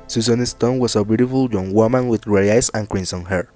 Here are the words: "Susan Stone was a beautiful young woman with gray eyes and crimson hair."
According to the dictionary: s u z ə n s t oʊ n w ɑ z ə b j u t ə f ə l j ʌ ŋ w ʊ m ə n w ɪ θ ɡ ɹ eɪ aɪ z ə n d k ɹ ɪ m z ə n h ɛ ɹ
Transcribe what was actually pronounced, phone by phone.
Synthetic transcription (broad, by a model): s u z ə n s t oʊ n w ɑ s ə b j u t ə f ə l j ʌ ŋ w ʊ m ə n w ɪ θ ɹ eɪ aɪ s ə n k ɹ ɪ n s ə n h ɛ ɹ